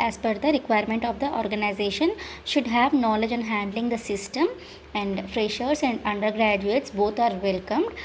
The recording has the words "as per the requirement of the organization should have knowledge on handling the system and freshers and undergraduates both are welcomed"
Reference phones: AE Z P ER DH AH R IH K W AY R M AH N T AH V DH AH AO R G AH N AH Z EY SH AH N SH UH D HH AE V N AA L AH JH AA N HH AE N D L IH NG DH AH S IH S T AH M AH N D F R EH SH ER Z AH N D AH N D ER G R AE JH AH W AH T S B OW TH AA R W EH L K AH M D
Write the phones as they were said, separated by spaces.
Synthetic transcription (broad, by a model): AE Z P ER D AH R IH K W AY R M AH N T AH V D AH AO R G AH N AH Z EY SH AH N SH UH D HH AE V N AA L AH JH AA N HH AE N D L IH NG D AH S IH S T AH M AH N D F R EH SH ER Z AH N D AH N D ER G R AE JH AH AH T S B OW T AA R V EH L K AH M D